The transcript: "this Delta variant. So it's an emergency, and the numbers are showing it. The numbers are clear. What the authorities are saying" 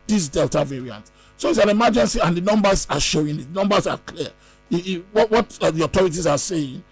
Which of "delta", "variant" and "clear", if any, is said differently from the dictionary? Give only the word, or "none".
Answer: clear